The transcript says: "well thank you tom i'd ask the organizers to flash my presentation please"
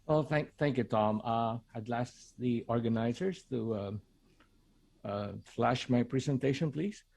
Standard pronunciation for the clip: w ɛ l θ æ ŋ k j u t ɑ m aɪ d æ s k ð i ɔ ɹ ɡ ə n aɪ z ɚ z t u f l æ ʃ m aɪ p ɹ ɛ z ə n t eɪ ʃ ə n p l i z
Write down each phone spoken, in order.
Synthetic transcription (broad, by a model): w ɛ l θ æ ŋ k j u t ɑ m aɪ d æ s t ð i ɔ ɹ ɡ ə n aɪ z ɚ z t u f l æ ʃ m aɪ p ɹ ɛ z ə n t eɪ ʃ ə n p l i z